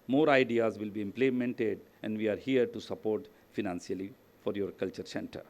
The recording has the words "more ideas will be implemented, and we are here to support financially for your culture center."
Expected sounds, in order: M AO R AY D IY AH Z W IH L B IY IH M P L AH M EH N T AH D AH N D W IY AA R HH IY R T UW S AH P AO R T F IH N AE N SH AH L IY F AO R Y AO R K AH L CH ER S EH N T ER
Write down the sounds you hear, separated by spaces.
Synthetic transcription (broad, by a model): M AO R AY D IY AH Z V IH L B IY IH M P L AH M EH N T AH D AH N D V IY AA R HH IY R T UW S AH P AO R T F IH N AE N S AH L IY F AO R Y AO R K AH L CH ER S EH N T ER